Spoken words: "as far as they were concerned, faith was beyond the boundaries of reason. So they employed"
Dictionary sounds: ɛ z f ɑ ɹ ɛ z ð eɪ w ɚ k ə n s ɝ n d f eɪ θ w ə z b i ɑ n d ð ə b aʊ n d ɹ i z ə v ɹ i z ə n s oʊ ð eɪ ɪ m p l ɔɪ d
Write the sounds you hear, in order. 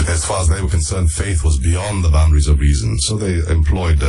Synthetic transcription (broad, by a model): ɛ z f ɑ ɹ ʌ z ð eɪ w ɚ k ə n s ɝ n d f eɪ θ w ə z b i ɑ n ð ə b aʊ n d ɹ i z ə v ɹ i z ə n s oʊ ð eɪ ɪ m p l ɔɪ d